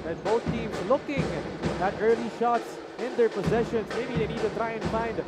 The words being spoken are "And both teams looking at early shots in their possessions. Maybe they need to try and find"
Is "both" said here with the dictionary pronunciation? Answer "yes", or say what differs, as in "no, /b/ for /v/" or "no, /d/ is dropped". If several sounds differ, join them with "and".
no, /t/ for /θ/